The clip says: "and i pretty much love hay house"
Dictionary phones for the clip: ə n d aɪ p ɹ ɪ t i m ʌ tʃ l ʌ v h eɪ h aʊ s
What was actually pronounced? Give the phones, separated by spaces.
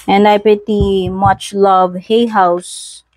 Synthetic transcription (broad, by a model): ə n d aɪ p ɪ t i m ʌ tʃ l ʌ v h eɪ h aʊ s